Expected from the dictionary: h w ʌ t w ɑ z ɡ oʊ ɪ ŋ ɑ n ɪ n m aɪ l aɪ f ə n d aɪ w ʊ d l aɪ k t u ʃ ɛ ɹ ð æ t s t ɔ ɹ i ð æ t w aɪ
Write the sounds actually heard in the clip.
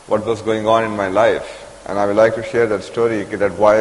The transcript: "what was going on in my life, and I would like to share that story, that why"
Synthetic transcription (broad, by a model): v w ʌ t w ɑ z ɡ oʊ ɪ ŋ ɑ n ɪ n m aɪ l aɪ f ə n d aɪ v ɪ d l aɪ k t u ʃ ɛ ɹ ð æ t s t ɔ ɹ i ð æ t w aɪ